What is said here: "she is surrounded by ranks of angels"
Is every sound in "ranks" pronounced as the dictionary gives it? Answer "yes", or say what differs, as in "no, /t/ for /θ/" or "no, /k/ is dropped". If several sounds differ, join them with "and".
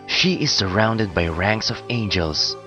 yes